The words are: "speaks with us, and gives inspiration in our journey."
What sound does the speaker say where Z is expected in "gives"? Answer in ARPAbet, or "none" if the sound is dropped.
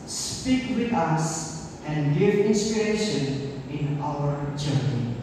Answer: none